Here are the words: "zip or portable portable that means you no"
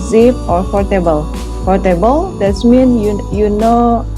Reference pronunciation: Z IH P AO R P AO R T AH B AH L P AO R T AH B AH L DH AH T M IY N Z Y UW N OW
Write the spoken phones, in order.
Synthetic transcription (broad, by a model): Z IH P AO R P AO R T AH B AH L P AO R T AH B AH L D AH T M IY N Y Y UW N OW